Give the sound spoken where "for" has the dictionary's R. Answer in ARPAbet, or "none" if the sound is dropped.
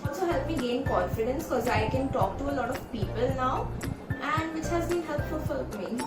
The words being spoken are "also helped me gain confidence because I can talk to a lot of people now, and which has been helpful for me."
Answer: L